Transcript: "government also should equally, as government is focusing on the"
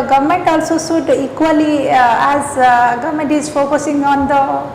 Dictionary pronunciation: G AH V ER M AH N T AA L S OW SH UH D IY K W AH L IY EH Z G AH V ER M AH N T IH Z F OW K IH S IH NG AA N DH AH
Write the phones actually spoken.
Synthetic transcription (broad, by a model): G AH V M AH N T AA L S OW S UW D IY K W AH L IY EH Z G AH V M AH N T IH Z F OW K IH S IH NG AA N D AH